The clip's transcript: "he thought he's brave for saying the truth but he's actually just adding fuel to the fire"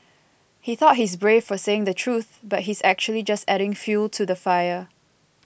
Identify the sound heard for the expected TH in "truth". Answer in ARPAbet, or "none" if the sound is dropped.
TH